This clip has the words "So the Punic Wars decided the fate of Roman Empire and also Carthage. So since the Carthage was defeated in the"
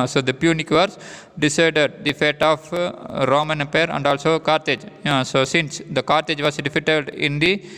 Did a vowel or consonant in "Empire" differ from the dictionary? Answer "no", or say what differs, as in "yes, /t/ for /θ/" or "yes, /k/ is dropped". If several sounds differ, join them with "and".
yes, /m/ is dropped